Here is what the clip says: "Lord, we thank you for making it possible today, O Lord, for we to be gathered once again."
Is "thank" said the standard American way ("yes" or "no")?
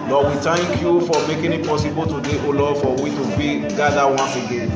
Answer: no